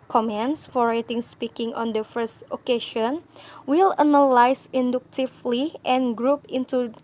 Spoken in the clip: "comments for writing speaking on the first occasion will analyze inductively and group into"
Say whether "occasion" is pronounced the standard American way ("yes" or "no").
no